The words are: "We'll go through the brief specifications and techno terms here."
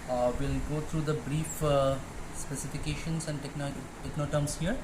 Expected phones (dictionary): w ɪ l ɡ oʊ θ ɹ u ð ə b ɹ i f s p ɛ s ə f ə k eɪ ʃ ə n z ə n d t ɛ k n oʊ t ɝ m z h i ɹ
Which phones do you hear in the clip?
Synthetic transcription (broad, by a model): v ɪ l ɡ oʊ t ɹ u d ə b ɹ i f s p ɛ s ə f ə k eɪ ʃ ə n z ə n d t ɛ k n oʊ t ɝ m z h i ɹ